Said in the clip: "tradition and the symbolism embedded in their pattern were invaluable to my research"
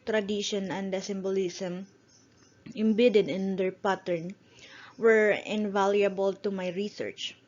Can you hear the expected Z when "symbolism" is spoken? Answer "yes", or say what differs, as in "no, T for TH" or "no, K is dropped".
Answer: no, S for Z